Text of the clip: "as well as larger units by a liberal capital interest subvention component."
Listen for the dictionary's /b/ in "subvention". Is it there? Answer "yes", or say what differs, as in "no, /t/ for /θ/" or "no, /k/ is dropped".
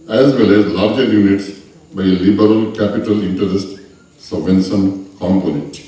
no, /b/ is dropped